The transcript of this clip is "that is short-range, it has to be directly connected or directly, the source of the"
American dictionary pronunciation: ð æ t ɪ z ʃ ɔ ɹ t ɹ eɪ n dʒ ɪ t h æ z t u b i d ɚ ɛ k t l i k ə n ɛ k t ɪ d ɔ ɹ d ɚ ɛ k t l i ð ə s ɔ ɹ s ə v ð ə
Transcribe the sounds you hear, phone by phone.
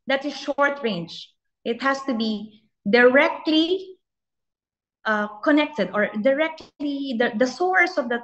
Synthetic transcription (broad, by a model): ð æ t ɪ ʃ ɔ ɹ t ɹ eɪ n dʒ ɪ t h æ s t u b i d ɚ ɛ k t l i k ə n ɛ k t ɪ d ɔ ɹ d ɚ ɛ k t l i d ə s ɔ ɹ s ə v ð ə